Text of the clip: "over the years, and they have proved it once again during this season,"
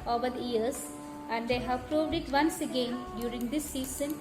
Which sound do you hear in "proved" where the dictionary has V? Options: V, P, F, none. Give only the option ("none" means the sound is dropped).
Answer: V